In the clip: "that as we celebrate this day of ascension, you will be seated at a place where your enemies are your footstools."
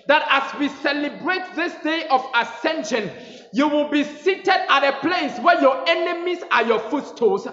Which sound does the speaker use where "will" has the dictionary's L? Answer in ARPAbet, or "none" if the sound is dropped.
L